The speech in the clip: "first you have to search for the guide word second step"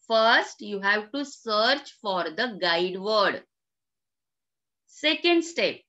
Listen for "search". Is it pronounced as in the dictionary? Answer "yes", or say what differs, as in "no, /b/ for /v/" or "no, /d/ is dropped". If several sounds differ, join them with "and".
yes